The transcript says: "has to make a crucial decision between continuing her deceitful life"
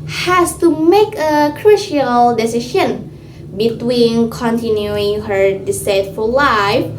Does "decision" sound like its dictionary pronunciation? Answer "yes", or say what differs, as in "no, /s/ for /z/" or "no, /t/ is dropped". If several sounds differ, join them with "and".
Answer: no, /ʃ/ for /ʒ/